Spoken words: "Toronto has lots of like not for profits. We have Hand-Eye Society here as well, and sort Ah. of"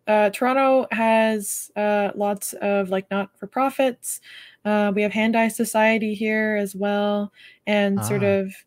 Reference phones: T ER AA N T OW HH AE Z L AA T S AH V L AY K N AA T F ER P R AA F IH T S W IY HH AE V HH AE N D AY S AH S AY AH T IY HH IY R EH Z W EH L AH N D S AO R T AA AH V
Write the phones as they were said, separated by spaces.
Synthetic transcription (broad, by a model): T ER AA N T OW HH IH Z L AA T S AH V L AY K N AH T F ER P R AA F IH T S W IY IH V HH AE N D AY S AH S AY AH T IY HH IY R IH Z W EH L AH N S AO R T AH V